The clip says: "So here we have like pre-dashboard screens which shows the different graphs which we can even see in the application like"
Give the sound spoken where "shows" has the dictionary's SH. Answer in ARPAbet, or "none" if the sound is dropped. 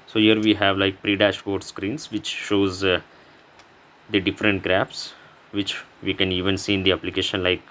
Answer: SH